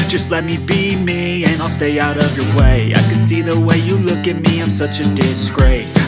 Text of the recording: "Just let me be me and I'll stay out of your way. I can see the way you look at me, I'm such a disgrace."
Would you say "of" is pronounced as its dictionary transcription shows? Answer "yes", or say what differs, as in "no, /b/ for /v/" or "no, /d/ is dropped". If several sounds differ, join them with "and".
yes